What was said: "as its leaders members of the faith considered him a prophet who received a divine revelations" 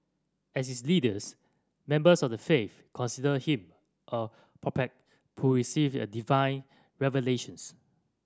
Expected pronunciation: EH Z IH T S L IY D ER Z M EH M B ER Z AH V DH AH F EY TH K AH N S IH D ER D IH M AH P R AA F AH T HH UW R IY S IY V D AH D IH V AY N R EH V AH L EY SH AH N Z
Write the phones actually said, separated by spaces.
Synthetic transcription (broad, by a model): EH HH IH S L IY D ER S M EH M B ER S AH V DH AH F EY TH K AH N S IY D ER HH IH M AH P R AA P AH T HH UW R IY S IY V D AH D IH V AY N R EH V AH L EY SH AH N S